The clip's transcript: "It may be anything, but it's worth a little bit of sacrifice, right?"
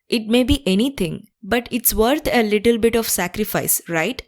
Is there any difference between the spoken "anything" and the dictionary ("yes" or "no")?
yes